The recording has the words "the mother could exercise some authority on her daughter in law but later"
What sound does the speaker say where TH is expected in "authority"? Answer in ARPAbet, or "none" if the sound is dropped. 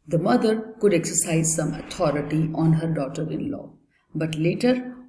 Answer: T